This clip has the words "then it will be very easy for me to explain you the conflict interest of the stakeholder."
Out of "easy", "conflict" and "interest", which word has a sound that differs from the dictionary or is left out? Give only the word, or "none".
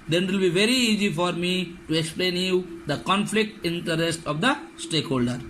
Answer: none